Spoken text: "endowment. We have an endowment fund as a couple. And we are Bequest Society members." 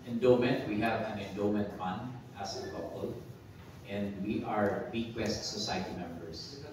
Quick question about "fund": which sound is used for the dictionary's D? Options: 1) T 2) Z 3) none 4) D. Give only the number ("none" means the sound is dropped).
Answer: 4